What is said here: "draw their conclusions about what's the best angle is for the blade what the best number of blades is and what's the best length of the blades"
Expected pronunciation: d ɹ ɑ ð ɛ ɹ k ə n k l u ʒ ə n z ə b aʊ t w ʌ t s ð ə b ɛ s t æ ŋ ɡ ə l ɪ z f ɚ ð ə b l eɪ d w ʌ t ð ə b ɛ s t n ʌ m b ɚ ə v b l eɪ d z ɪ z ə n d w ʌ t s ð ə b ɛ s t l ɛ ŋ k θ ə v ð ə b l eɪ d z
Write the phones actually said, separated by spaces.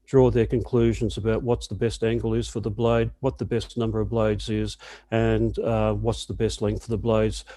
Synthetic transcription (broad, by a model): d ɹ ɑ ð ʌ ɹ k ə n k l u ʒ ə n z ə b aʊ t w ʌ t s ð ə b ɛ s t æ ŋ ɡ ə l ɪ z f ɚ ð ə b l eɪ d w ʌ t ð ə b ɛ s n ʌ m b ɚ ə v b l eɪ d z ɪ z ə n w ʌ t s ð ə b ɛ s t l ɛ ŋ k f ə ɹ ð ə b l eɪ d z